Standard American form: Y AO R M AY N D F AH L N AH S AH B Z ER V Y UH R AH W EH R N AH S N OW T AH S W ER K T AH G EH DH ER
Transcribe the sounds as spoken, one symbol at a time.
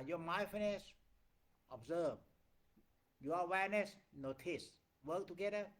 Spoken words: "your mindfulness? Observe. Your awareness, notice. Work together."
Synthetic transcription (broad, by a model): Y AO M AY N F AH N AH S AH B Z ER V Y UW AH W EH R N AH S N OW T AH S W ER K T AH G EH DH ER